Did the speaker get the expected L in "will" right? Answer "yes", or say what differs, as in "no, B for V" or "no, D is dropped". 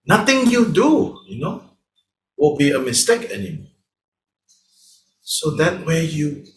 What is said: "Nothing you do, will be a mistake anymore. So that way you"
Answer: no, N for L